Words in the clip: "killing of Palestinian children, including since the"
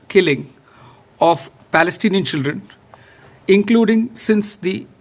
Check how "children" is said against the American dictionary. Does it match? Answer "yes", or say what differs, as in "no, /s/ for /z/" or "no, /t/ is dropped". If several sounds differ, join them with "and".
yes